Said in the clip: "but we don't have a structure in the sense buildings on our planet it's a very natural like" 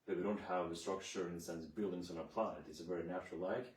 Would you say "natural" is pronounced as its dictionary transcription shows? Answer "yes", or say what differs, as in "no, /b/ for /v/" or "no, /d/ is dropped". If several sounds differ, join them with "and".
no, /ɹ/ is dropped